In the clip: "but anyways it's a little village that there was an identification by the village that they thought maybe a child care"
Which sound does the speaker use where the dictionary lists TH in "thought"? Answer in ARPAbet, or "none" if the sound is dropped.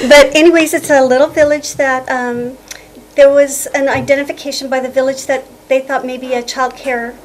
TH